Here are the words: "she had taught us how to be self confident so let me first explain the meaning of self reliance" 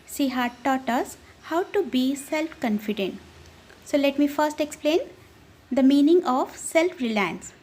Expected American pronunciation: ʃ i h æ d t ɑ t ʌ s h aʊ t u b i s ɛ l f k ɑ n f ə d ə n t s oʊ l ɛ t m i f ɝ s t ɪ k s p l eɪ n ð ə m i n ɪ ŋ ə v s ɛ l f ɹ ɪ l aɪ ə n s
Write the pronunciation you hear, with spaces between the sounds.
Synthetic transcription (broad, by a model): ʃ i h æ d t ɑ t ʌ s h aʊ t u b i s ɛ l f k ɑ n f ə d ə n t s oʊ l ɛ t m i f ɝ s t ɪ k s p l eɪ n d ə m i n ɪ ŋ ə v s ɛ l f ɹ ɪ l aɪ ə n s